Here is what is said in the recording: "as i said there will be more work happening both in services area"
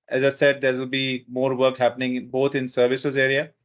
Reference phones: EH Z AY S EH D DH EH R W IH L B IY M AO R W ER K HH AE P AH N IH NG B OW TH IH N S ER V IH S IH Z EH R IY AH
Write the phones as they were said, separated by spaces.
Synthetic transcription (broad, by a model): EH Z AY S EH D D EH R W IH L B IY M AO R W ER K HH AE P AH N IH NG B OW T IH N S ER V IH S IH Z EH R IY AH